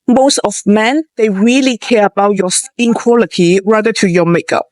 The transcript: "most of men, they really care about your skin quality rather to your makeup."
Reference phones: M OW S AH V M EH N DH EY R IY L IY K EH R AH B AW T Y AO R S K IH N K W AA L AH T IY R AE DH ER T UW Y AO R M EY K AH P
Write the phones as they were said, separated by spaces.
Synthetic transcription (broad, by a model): M OW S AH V M EH N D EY R IY L IY K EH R AH B AW T Y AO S IH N K W AA L AH T IY R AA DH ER T UW Y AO M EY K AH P